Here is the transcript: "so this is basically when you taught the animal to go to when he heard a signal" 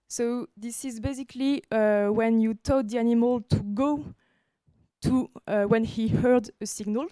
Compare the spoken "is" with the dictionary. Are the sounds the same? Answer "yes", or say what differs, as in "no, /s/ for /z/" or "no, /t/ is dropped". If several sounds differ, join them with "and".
yes